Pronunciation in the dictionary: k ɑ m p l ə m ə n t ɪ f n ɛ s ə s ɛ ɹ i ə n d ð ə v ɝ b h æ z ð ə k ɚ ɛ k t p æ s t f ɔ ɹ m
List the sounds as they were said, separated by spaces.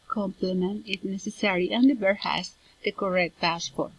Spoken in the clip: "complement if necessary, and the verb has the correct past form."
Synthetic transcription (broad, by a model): k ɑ m p l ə m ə n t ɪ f n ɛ s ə s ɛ ɹ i ə n d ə b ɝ h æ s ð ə k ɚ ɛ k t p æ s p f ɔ ɹ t